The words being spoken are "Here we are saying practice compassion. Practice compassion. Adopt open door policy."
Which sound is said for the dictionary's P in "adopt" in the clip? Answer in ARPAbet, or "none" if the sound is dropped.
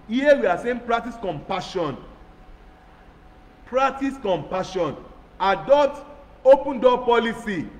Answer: none